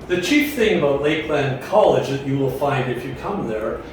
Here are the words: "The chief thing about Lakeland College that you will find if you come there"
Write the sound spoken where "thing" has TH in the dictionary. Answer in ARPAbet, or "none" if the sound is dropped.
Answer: TH